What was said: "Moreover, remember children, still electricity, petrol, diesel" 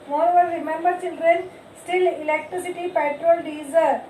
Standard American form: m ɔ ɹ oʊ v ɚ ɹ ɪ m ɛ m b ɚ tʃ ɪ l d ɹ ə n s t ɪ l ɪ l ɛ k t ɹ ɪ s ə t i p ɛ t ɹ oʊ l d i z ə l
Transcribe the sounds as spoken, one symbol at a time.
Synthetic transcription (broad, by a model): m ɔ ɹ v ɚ ɹ ɪ m ɛ m b ɚ s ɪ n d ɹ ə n s t ɪ l ɪ l ɛ k t ɹ ɪ s ə t i p ɛ t ɹ oʊ l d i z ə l